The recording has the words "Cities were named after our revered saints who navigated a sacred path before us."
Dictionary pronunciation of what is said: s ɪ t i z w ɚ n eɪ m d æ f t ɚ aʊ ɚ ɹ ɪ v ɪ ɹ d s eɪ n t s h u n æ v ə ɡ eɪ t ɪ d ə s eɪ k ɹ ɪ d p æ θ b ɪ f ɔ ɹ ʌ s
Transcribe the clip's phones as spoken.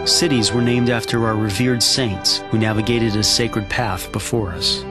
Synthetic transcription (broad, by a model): s ɪ t i z w ɚ n eɪ m d æ f t ɚ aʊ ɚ ɹ ɪ v ɪ ɹ d s eɪ n t s h u n æ v ə ɡ eɪ t ɪ d ə s eɪ k ɹ ɪ d p æ θ b ɪ f ɔ ɹ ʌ s